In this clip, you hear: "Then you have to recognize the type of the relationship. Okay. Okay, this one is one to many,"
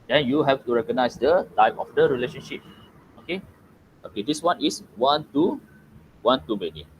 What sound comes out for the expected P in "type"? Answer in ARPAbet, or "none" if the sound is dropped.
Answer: F